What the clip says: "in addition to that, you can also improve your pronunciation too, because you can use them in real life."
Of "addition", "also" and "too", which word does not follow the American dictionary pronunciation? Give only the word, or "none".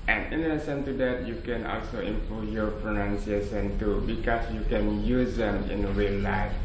addition